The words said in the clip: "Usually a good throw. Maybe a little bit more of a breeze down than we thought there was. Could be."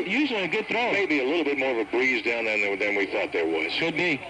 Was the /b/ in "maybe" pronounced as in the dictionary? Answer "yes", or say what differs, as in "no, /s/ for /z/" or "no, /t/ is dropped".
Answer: yes